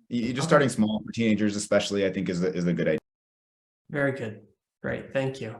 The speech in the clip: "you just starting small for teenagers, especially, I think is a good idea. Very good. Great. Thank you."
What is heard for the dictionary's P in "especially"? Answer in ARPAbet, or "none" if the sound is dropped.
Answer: P